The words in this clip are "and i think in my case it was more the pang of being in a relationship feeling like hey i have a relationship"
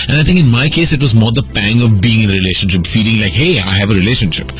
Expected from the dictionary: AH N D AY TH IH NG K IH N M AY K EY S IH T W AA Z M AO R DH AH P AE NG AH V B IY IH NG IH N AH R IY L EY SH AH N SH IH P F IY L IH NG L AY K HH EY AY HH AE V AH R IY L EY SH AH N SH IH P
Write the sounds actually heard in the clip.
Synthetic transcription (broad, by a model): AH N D AY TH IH NG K IH N M AY K EY S IH T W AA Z M AO R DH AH P AE NG AH V B IY IH NG IH N AH R IY L EY SH AH N SH IH P F IY L IH NG L AY K HH EY AY HH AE V AH R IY L EY SH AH N SH IH P